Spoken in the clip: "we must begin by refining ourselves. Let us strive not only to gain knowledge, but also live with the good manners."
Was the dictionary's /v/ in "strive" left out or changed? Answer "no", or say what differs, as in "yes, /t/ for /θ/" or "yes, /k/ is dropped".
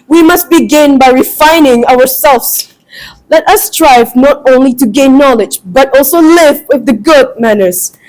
no